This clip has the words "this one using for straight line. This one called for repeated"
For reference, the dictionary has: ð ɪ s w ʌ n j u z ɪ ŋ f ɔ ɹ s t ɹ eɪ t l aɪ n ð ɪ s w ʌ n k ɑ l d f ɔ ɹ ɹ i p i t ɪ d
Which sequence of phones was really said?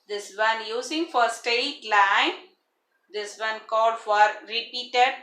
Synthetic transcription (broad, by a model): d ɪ s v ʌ n j u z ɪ ŋ f ɔ ɹ s t eɪ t l aɪ n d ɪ s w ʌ n k ɑ l d f ɔ ɹ ɹ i p i t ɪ d